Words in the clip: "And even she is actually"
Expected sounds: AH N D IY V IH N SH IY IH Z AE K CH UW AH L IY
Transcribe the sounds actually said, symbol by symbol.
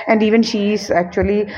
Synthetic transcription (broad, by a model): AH N D IY V IH N SH IY IH Z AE K CH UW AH L IY